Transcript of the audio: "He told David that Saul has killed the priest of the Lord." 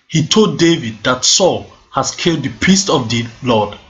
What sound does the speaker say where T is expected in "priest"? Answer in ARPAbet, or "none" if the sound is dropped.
T